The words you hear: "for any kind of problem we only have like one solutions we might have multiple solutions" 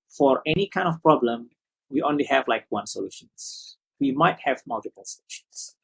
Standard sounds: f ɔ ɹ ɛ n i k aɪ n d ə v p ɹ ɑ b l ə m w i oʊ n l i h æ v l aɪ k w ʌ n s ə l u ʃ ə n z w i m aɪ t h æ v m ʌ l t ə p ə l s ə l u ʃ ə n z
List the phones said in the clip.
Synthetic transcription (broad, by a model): f ɔ ɹ ɛ n i k aɪ n d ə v p ɹ ɑ b l ə m w i oʊ n l i h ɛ v l aɪ k w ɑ n s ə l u ʃ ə n s w i m aɪ t h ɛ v m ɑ l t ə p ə l s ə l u ʃ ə n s